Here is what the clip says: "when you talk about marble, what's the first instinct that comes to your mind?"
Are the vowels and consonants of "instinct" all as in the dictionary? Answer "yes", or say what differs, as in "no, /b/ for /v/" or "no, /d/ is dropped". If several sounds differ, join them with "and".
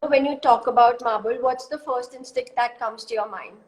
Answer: no, /ŋ/ is dropped